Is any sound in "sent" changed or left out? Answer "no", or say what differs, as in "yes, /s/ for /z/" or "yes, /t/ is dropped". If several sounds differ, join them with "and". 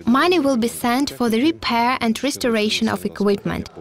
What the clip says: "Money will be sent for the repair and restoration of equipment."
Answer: no